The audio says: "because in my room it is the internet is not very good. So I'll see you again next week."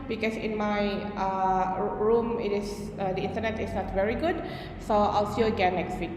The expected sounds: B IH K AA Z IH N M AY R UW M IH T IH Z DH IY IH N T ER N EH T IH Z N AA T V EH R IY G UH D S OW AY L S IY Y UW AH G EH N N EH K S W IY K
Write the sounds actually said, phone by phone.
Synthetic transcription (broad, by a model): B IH K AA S IH N M AY R UW M IH T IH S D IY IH N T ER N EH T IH S N AA T V EH R IY G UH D S OW AY L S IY AH G EH N L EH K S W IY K